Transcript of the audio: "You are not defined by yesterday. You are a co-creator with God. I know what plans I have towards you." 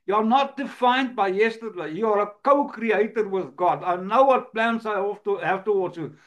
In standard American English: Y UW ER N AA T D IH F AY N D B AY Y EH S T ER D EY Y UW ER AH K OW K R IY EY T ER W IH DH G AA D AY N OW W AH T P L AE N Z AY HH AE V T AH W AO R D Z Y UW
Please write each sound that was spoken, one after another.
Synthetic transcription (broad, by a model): Y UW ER N AA T D IH F AY N D B AY Y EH S T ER D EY Y UW ER AH K OW K R IY EY T ER W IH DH G AA D AY N OW W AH T P L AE N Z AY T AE F T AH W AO L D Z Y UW